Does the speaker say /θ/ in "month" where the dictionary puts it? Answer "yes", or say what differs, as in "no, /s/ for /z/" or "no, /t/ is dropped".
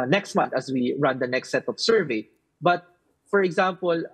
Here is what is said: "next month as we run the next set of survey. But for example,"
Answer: no, /t/ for /θ/